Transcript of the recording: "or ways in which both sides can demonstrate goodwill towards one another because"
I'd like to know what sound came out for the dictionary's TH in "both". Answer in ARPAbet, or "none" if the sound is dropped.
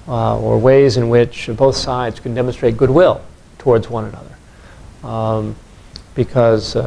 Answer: TH